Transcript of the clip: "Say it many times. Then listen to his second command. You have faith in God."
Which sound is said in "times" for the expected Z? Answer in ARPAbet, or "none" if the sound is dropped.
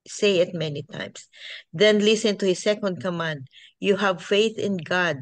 S